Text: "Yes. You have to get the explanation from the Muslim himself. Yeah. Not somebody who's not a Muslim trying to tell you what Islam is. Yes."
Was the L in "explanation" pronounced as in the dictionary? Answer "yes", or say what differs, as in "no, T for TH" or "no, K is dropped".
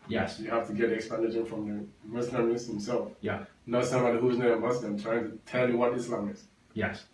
no, L is dropped